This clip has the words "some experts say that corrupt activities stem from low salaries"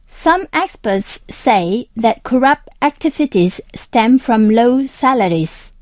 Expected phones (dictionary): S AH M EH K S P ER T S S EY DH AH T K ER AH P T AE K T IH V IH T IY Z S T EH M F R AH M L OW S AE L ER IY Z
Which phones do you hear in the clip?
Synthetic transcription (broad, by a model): S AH M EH K S P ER T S S EY DH AH T K ER AH P T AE K T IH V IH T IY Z S T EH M F R AH M L OW S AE L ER IY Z